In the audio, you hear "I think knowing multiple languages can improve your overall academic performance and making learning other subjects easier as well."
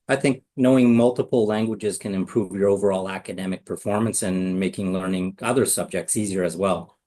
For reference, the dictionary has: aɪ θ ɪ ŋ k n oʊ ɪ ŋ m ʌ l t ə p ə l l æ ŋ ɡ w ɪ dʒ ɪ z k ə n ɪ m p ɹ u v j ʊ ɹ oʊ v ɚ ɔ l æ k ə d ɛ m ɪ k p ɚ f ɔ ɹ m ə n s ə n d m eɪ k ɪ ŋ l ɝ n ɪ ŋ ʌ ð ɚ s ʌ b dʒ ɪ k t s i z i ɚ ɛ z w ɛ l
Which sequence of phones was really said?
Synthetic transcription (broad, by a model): aɪ θ ɪ ŋ k n oʊ ɪ ŋ m ʌ l t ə p l l æ ŋ ɡ w ɪ dʒ ɪ z k ə n ɪ m p ɹ u v j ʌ ɹ oʊ v ɚ ɔ l æ k ə d ɛ m ɪ k p ɚ f ɔ ɹ m ə n s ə n m eɪ k ɪ ŋ l ɝ n ɪ ŋ ʌ ð ɚ s ʌ b dʒ ɪ k t s i z i ɚ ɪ z w ɛ l